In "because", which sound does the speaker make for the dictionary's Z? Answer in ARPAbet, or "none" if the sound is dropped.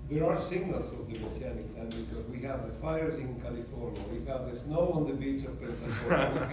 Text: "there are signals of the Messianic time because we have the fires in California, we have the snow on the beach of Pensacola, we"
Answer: Z